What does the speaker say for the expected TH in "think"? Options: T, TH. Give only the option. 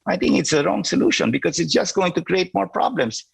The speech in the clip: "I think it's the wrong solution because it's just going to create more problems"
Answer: T